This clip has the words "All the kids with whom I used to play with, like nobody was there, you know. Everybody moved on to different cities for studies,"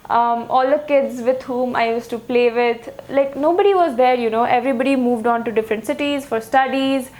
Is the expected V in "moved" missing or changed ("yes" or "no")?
no